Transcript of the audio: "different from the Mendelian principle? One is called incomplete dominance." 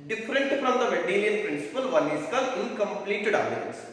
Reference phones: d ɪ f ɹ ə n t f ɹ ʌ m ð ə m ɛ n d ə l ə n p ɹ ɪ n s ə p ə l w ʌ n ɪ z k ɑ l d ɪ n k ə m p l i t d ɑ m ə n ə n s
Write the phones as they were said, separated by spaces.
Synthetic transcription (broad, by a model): d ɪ f ɹ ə n t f ɹ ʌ m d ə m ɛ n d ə l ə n p ɹ ɪ n s ə p ə l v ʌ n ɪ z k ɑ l ɪ n k ə m p l i t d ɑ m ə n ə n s